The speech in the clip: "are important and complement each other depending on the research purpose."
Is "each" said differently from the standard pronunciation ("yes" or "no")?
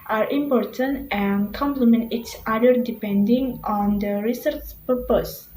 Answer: yes